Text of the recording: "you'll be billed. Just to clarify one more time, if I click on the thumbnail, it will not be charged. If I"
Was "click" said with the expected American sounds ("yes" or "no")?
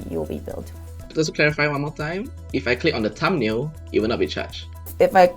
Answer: yes